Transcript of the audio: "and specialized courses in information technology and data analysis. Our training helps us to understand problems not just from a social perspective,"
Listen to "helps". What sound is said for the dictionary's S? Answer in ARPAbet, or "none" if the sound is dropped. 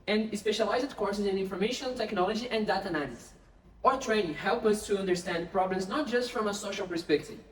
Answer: none